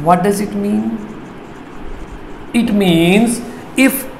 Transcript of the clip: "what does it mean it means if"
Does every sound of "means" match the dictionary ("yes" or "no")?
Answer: yes